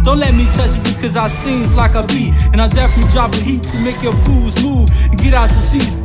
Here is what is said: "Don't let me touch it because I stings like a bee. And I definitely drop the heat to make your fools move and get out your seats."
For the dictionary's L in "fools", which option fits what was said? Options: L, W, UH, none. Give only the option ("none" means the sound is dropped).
none